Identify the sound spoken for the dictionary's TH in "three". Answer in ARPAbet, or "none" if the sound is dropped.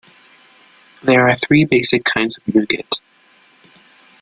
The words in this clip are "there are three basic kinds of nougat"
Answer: TH